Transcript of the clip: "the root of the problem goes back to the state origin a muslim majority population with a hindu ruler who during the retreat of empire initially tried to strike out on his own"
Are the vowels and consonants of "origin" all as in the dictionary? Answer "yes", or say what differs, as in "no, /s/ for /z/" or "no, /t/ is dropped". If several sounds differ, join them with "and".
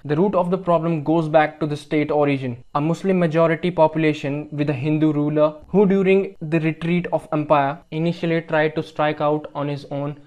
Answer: yes